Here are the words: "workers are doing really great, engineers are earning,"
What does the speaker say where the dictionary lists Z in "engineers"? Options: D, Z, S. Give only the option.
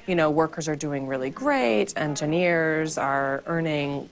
Z